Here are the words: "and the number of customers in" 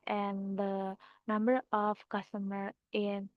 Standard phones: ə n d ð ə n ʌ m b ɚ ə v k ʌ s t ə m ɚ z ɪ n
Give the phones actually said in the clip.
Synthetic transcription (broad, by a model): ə n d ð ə n ʌ m b ɚ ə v k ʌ s t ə m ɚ ɪ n